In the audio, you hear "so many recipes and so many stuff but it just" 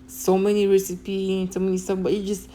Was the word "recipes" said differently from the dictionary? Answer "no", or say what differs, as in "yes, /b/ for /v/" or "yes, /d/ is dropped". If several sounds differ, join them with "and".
yes, /z/ is dropped